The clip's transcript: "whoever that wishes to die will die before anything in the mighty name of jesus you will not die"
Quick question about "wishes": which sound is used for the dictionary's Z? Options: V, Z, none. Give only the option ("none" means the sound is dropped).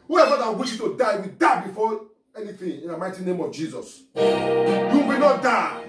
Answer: none